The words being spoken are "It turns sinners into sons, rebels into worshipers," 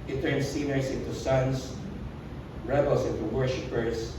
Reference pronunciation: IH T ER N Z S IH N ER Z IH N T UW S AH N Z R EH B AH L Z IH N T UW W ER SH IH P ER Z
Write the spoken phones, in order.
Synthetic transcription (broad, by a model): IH T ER N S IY N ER S IH N T UW S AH N S R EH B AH L S IH N T UW W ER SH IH P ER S